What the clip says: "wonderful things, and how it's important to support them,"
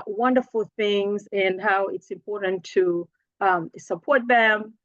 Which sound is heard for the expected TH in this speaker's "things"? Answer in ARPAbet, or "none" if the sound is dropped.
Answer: TH